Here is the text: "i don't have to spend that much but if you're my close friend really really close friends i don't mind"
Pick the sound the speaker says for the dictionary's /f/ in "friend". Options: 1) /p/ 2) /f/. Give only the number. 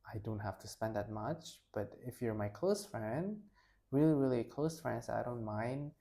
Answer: 2